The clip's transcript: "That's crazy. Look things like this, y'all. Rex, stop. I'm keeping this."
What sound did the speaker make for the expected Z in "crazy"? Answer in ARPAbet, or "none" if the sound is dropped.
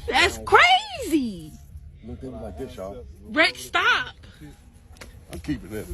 Z